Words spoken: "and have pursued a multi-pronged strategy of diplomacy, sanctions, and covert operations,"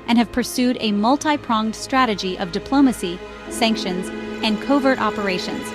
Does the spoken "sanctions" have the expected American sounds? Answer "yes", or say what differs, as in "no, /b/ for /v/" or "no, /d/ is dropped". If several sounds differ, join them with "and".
yes